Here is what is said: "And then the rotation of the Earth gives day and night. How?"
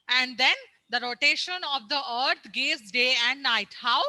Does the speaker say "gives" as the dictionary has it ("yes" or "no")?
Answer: no